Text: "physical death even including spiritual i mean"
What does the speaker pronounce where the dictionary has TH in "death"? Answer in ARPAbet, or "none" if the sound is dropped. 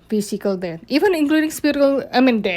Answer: T